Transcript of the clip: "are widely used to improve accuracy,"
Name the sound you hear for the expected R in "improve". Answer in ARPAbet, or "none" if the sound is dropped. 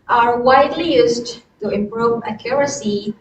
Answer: R